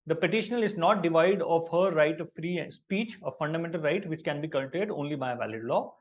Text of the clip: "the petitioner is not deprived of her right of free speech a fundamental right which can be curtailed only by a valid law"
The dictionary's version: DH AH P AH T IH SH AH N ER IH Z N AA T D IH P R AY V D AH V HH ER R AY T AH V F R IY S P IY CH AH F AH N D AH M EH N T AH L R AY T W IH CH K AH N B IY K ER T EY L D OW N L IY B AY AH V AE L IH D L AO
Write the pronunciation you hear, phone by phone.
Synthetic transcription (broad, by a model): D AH P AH T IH SH AH N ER IH Z N AA T D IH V AY D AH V HH ER R AY T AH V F R IY S P IY CH AH F AH N D AH M EH N T AH L R AY T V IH CH K AH N B IY K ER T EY D OW N L IY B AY AH V AE L IH D L AO